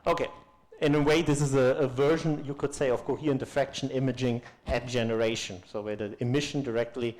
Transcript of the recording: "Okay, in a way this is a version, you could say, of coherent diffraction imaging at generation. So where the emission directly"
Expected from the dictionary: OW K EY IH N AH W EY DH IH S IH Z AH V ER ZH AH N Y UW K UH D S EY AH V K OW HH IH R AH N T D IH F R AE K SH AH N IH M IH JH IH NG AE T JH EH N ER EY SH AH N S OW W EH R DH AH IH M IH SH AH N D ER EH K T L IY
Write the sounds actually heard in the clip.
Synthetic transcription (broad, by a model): OW K EY IH N AH W EY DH IH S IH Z AH V ER ZH AH N Y UW K UH D S EY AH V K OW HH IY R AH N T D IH F R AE K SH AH N IH M IH JH IH NG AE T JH EH N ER EY SH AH N S OW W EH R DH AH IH M IH SH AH N D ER EH K T L IY